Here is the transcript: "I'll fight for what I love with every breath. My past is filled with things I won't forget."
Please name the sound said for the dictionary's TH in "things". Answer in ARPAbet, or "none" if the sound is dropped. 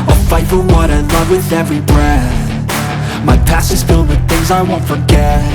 TH